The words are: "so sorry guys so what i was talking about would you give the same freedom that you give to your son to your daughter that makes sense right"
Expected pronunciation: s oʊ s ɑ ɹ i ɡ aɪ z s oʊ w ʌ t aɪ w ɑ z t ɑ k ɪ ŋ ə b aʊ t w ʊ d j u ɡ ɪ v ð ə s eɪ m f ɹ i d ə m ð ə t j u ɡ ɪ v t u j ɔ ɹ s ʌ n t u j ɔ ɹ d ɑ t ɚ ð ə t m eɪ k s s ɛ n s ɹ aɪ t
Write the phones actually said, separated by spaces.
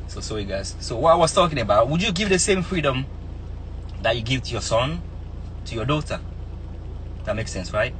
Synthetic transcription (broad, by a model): s oʊ s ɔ i ɡ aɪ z s oʊ w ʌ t aɪ w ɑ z t ɑ k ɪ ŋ ə b aʊ t w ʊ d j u ɡ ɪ v ð ə s eɪ m f ɹ i d ə m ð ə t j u ɡ ɪ v t u j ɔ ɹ s ʌ n t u j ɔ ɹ d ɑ t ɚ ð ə t m eɪ k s s ɛ n s ɹ aɪ t